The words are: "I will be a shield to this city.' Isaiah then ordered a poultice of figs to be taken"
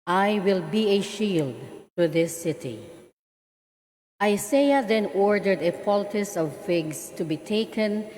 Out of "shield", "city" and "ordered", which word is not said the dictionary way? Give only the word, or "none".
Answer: none